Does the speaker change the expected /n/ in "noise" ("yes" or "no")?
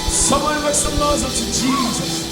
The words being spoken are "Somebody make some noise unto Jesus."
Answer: yes